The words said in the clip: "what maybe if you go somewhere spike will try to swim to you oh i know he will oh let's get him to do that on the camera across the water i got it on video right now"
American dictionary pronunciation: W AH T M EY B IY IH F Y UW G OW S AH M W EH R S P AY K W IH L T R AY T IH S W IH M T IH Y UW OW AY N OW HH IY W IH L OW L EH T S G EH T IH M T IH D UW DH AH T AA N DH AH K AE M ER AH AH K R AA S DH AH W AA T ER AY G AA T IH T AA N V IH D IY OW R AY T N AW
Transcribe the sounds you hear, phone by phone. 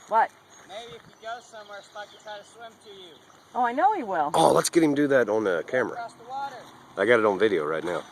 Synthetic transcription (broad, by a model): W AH T M EY B IY IH F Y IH G OW S AH M W EH R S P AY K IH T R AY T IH S W IH M T IH Y UW OW AY N OW HH IY W IH L OW L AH T S G EH T IH M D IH DH AH T N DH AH K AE M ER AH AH R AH W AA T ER AY G AA T IH T N V IH D IY OW R AY T N AW